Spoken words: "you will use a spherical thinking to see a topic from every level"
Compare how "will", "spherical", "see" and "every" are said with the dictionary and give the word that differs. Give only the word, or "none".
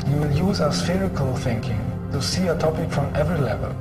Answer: none